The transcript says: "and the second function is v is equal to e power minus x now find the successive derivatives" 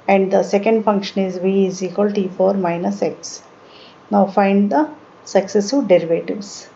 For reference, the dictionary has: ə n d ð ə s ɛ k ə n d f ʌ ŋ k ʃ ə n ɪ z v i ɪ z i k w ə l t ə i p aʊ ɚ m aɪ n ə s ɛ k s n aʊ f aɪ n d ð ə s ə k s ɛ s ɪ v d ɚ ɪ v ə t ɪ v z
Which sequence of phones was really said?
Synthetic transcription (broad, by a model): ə n d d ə s ɛ k ə n d f ʌ ŋ k ʃ ə n ɪ z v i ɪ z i k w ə l t i f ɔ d m aɪ n ə s ɛ k s n aʊ f aɪ n d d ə s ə k s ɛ s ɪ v d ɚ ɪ v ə t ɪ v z